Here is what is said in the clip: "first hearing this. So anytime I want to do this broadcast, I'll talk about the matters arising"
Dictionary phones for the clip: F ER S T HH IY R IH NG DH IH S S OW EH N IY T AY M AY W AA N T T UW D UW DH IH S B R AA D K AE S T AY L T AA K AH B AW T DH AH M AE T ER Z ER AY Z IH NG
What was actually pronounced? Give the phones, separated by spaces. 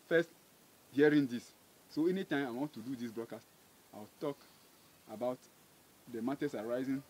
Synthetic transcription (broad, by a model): F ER S T HH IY R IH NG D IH S S OW EH N IY T AY M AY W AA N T T UW D UW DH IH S B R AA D K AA S T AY W T AA K AH B AW T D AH M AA T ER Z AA AY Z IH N